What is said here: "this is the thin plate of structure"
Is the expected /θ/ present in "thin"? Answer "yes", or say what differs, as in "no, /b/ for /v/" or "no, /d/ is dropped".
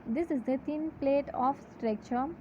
no, /t/ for /θ/